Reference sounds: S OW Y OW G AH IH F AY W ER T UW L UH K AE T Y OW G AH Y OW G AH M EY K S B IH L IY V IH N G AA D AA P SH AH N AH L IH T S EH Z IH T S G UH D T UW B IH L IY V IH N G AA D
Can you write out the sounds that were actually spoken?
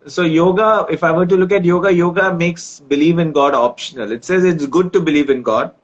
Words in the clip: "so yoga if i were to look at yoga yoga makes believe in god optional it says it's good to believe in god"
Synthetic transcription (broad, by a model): S OW Y OW G AH IH F AY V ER T UW L UH K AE T Y OW G AH Y OW G AH M EY K S B IH L IY V IH N G AA D AA P SH AH N AH L IH T S EH Z IH T S G UH D T UW B IH L IY V IH N G AA D